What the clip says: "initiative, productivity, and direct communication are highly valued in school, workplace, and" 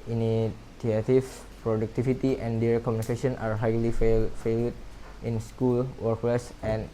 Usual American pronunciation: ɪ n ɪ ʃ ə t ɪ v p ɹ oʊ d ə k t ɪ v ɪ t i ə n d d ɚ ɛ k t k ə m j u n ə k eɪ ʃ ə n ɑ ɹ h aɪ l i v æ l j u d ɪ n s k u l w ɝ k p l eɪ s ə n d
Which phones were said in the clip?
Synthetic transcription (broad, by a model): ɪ n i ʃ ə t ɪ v p ɹ oʊ d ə k t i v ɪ t i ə n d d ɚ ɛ t k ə m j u n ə k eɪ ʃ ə n ɑ ɹ h aɪ l i f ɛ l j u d ɪ n s k u l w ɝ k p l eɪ s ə n